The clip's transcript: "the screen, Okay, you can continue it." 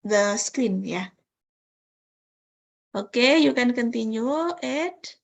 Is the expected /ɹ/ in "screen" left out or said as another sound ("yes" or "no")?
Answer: yes